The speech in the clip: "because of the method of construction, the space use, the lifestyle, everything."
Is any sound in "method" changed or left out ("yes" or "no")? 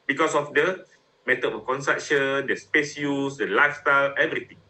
yes